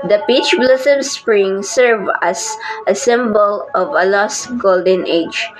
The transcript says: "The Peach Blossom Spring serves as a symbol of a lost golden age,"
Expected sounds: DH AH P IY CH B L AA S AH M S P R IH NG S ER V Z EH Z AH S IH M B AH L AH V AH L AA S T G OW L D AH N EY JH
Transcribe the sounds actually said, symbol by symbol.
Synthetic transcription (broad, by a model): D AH P IY CH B L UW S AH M S P R IH NG S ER V AA S AH S IH M B AH L AH V AH L AA S T G OW L D AH N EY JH